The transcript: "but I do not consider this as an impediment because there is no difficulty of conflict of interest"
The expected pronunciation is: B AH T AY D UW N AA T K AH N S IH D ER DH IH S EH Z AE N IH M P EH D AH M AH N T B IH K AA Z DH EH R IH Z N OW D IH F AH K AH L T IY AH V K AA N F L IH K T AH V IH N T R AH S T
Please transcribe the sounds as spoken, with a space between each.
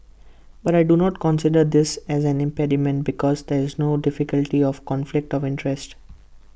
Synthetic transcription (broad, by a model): B AH T AY D UW N AA T K AH N S IH D ER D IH S EH Z AE N IH M P EH D AH M AH N T B IH K AA Z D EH R IH Z N OW D IH F AH K AH L T IY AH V K AA N F L IH K T AH V IH N T R AH S T